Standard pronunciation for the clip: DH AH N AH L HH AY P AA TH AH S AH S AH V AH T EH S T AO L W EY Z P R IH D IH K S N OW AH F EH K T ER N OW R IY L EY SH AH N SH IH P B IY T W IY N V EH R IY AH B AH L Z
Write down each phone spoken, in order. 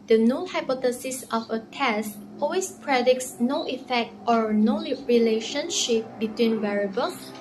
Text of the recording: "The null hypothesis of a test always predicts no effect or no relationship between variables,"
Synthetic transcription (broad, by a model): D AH N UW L HH AY P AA T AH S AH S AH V AH T EH S T AO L W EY S P R IH D IH K S N OW AH F EH K T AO N OW R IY L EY SH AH N SH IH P B IY T W IY N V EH R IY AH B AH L